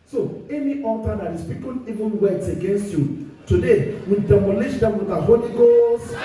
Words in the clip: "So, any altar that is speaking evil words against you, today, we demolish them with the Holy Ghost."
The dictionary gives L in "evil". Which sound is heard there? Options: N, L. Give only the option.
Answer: N